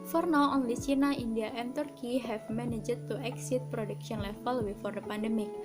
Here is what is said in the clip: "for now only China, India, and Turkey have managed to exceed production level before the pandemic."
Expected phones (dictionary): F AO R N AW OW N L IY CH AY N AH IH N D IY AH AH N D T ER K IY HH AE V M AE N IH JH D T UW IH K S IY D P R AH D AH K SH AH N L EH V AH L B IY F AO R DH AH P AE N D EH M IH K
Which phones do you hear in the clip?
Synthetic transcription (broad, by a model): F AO R N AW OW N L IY S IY N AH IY N D IY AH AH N T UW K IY HH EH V M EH N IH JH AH T UW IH K S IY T P R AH D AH K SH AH N L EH F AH L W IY F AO R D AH P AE N D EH M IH K